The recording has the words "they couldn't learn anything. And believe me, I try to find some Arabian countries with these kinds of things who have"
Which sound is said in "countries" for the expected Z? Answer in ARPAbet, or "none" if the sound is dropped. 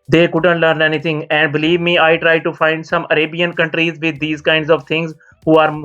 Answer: Z